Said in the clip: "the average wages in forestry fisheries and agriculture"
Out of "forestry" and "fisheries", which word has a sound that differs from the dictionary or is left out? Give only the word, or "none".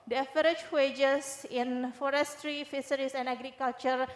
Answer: fisheries